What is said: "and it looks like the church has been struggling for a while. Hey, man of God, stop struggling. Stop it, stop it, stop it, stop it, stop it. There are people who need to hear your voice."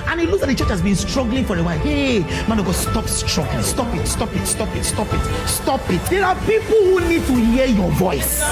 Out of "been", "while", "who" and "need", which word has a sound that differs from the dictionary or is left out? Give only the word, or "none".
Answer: while